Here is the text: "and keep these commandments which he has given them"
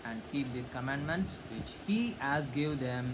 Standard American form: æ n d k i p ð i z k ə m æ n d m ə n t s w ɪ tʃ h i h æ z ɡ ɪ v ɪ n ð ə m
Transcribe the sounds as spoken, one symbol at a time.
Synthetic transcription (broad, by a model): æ n d k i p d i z k ə m æ n d m ə n t s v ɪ tʃ h i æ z ɡ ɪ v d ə m